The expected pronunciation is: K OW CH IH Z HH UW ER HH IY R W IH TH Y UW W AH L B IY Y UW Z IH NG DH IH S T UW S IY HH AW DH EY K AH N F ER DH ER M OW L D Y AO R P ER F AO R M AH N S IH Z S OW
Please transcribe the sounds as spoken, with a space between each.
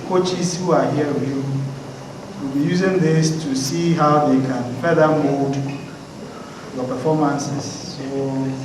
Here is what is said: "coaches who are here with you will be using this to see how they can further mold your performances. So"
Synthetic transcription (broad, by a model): K OW CH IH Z HH UW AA HH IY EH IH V Y UW W AH L B IY Y UW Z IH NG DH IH S T UW S IY HH AW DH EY K AH N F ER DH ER M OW D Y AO P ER F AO M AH N S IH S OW